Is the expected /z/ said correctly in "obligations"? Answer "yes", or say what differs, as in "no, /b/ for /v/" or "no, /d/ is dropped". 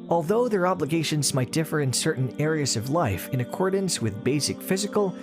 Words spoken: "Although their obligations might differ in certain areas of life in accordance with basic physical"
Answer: yes